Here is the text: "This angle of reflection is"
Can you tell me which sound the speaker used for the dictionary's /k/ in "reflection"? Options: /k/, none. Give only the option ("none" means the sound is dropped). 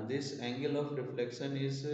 /k/